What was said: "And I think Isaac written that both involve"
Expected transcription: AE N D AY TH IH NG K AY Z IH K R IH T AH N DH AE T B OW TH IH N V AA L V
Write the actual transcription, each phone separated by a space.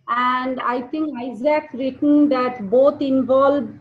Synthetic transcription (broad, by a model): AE N D AY T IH NG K AY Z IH K R IH T AH N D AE T B OW T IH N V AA L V